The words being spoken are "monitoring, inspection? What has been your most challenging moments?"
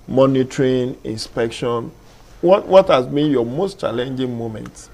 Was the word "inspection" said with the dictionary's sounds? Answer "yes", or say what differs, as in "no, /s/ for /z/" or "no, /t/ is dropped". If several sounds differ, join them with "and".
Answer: yes